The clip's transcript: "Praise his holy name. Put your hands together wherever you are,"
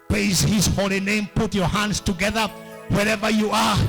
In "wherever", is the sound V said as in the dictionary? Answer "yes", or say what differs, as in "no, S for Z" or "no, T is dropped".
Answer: yes